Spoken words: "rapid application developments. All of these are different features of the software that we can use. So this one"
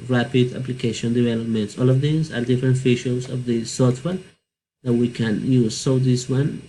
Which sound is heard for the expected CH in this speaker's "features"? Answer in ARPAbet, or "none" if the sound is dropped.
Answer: SH